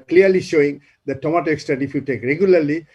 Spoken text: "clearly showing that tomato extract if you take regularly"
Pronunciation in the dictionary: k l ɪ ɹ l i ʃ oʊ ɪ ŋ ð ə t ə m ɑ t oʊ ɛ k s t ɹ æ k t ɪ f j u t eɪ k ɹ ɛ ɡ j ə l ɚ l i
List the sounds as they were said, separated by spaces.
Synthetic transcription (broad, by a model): k l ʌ ɹ l i ʃ oʊ ɪ ŋ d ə t ə m ɑ t oʊ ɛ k s t ʌ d ɪ f j u t eɪ k ɹ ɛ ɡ j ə l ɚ l i